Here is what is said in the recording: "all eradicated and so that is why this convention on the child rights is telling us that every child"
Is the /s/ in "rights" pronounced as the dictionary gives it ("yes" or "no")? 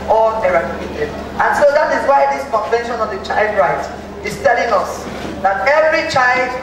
no